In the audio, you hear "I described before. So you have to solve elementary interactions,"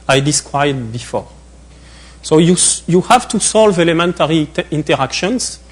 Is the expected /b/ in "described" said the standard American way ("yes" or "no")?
no